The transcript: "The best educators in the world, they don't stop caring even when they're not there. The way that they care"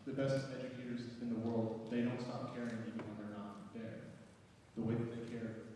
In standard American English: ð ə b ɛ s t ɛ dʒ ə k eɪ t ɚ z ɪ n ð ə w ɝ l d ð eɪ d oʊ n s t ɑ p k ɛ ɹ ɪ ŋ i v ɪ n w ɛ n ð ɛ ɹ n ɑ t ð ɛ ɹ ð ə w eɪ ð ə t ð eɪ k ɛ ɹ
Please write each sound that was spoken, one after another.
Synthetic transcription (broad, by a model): ð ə b ɛ s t ɛ dʒ ə k eɪ t ɚ z ɪ n ð ə w ɝ l d ð eɪ d oʊ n s t ɑ p k ɛ ɹ ɪ ŋ i v ɪ n w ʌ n ð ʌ ɹ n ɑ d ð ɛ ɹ ð ə w eɪ ð ə t ð eɪ k ɛ ɹ